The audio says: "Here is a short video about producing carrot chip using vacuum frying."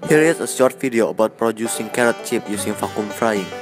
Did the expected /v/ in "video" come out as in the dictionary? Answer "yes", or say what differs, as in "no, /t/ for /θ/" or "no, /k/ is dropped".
no, /f/ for /v/